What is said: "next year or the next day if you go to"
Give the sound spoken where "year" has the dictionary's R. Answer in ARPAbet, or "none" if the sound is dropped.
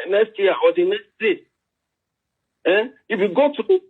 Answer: W